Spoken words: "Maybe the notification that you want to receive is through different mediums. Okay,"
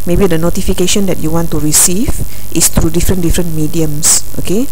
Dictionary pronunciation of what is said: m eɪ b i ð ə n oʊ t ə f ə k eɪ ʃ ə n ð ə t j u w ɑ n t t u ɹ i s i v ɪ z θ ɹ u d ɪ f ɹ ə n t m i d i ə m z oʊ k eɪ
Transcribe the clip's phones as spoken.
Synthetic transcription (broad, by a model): m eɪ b i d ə n oʊ t ə f ə k eɪ ʃ ə n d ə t j u w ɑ n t t u ɹ i s i v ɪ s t ɹ u d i f ɹ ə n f m i d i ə m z oʊ k eɪ